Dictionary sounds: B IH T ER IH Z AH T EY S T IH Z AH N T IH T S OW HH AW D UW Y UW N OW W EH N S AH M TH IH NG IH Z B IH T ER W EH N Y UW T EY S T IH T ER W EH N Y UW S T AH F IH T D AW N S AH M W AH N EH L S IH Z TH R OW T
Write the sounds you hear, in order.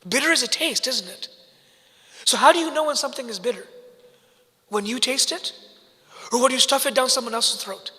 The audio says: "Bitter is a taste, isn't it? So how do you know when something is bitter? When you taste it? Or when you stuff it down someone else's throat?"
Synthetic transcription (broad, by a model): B IH T ER IH Z AH T EY S T IH Z N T IH T S OW HH AW D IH Y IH N OW W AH N S AH M TH IH NG IH Z B IH T ER W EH N Y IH T EY S T IH T ER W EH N Y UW S T AH F IH T D AW N S AH M W AH N EH L S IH TH R OW T